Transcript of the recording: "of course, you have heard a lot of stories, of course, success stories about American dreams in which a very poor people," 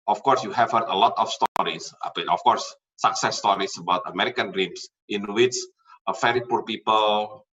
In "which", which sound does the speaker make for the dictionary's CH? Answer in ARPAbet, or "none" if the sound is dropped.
S